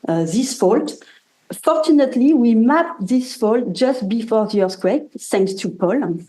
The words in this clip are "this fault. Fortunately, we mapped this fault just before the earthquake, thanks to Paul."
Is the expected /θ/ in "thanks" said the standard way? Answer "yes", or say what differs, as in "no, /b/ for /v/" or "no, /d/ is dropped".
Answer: no, /s/ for /θ/